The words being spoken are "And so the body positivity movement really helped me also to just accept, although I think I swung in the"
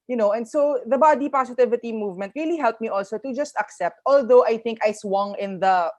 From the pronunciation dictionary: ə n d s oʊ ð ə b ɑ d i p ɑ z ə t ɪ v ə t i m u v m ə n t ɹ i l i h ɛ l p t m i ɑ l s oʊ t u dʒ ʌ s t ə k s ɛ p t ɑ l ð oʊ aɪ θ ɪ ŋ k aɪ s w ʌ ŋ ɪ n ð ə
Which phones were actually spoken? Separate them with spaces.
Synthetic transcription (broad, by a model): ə n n s oʊ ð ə b ɑ d i p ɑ s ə t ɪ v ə t i m u v m ə n t ɹ i l i h ɛ l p m i ɑ l s oʊ t u dʒ ʌ s t ə k s ɛ p t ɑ l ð oʊ aɪ θ ɪ ŋ k aɪ s w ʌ ŋ ɪ n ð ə